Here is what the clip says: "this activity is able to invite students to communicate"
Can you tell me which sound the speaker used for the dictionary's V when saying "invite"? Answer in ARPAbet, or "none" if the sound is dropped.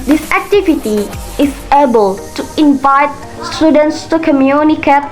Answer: V